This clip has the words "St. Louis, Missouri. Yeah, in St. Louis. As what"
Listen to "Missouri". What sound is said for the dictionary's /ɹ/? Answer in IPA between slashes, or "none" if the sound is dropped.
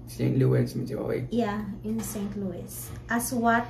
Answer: /w/